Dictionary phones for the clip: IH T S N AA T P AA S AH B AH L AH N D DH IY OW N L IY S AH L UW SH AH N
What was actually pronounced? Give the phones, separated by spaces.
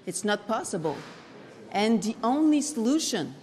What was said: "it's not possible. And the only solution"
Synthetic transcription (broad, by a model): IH T S N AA T P AA S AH B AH L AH N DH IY OW N L IY S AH L UW SH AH N